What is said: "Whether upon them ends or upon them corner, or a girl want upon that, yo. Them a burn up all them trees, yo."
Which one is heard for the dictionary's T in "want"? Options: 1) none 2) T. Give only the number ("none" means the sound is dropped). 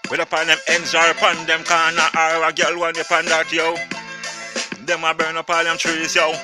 1